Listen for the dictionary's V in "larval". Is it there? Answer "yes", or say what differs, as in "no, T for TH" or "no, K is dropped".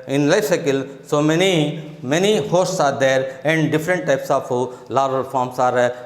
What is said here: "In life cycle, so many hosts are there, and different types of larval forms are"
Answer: no, V is dropped